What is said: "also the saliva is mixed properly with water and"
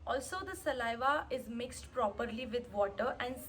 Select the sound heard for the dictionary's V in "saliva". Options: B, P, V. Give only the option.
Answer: V